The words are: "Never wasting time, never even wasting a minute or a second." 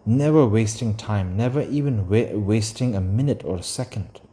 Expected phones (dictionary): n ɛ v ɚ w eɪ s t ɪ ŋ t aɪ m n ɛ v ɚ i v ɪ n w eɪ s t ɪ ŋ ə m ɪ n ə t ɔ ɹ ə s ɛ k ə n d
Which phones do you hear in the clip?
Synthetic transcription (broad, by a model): n ɛ v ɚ w eɪ s t ɪ ŋ t aɪ m n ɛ v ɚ i v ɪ n w eɪ s t ɪ ŋ ə m ɪ n ə t ɔ ɹ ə s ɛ k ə n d